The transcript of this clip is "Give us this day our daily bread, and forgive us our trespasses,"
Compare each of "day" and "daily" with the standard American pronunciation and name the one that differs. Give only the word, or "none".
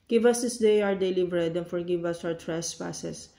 none